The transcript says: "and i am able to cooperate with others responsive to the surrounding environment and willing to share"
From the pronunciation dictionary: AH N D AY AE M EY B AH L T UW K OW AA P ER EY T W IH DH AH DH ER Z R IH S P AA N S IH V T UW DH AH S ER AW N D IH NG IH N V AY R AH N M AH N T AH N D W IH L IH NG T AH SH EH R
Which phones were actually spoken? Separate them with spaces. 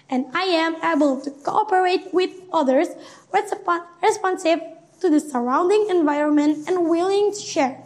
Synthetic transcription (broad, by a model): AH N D AY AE M EY B AH L T UW K OW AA P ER EY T W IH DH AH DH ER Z R IH S P AA N S IH V T UW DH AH S ER AW N D IH NG IH N V AY R AH N M AH N T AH N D W IH L IH NG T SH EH R